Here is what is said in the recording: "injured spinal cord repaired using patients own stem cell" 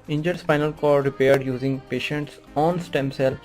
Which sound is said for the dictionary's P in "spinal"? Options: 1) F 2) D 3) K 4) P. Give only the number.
1